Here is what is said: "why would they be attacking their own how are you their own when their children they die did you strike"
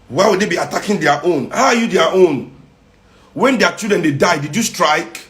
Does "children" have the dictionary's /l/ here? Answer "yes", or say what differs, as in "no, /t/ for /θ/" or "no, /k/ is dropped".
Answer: no, /l/ is dropped